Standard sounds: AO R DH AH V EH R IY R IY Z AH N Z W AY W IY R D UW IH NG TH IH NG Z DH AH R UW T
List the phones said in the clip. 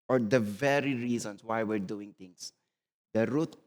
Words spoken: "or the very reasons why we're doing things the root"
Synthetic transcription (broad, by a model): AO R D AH V EH R IY R IY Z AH N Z W AY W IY R D UW IH NG T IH NG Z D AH R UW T